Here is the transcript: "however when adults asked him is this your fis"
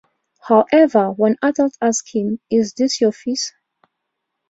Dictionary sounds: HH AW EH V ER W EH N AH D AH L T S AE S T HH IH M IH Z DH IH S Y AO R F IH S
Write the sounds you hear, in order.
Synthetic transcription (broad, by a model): HH AW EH V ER W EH N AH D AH L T AE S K HH IH M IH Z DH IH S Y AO F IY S